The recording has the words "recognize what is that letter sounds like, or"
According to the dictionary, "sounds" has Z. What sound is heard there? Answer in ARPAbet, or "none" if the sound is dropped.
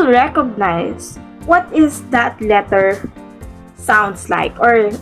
S